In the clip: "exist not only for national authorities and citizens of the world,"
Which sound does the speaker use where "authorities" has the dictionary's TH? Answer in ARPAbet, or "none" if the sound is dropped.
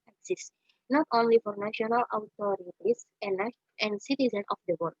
T